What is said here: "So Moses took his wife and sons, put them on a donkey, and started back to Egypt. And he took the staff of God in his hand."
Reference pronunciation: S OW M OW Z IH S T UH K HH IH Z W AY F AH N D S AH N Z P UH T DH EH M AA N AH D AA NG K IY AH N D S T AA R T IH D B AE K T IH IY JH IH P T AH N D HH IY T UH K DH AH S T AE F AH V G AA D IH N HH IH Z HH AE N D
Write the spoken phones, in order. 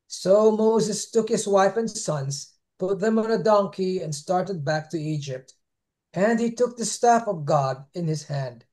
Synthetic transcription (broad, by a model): S OW M OW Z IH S T UH K HH IH Z W AY F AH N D S AH N Z P UH T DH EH M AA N AH D AA NG K IY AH N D S T AA R T IH D B AE K T IH IY JH IH P T AH N D HH IY T UH K DH AH S T AE F AH V G AA D IH N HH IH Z HH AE N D